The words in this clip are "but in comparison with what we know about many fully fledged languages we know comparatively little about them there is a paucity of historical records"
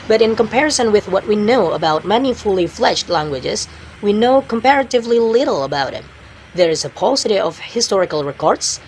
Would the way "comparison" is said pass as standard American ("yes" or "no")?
yes